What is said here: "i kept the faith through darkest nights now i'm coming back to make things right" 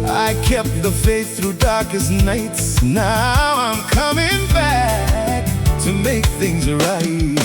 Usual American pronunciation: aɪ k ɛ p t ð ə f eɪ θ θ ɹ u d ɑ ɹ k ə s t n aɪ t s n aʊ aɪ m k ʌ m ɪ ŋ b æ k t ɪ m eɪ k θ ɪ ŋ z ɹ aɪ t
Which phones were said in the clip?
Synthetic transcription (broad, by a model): aɪ k ɛ p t ð ə f eɪ s θ ɹ u d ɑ ɹ k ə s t n aɪ t s n aʊ aɪ m k ʌ m ɪ ŋ b æ k t ɪ m eɪ k θ ɪ ŋ z ɹ aɪ t